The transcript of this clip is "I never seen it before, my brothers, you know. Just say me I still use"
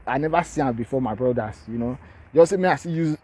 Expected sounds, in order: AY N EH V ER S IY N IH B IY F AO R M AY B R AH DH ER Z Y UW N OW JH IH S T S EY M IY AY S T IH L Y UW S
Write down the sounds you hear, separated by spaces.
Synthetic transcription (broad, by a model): AY N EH V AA S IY IH B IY F AO M AY B R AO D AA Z Y UW N OW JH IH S S EY M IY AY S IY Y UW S